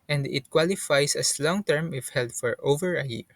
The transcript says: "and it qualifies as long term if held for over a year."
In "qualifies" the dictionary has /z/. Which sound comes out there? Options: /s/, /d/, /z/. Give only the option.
/s/